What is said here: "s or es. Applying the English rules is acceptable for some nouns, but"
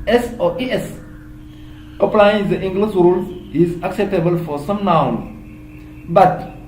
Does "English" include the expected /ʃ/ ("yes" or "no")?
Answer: no